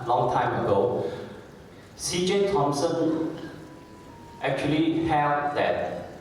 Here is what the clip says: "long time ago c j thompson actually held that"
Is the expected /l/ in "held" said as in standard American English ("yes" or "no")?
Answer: no